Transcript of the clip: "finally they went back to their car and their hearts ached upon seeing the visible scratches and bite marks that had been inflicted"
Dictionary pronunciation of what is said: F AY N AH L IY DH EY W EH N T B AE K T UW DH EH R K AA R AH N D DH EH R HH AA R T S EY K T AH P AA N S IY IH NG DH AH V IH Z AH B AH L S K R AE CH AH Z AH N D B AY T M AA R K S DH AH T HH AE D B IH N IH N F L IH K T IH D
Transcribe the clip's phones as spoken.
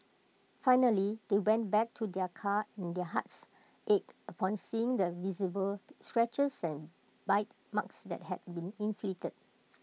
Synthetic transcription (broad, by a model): F AY N AH L IY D EY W EH N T B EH K T UW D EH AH K AA AH N D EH HH AA T S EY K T AH P AA N S IY IH NG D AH V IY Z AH B AH L S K R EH CH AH S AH N B AY T M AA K S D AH T HH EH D B IH N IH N F L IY T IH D